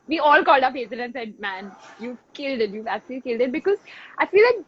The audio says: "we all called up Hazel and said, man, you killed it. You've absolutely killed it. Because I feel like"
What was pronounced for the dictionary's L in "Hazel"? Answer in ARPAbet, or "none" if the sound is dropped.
N